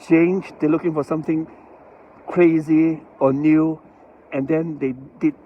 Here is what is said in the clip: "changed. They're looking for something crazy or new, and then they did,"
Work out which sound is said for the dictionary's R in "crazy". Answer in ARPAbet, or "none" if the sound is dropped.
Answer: R